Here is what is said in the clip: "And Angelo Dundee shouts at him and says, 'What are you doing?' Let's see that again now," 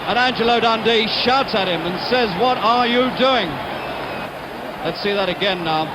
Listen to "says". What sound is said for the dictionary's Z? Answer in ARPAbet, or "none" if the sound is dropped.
Z